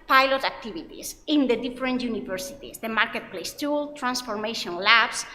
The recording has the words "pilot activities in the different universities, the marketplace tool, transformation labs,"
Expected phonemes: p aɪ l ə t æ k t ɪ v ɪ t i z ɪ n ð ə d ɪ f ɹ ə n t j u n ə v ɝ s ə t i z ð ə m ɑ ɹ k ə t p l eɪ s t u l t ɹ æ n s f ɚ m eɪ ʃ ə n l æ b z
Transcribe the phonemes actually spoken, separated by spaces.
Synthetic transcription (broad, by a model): p aɪ l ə t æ k t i b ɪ t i s ɪ n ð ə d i f ɹ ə n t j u n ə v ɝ s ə t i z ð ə m ɑ ɹ k ə t p l eɪ s t u l t ɹ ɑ n s f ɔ m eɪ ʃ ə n l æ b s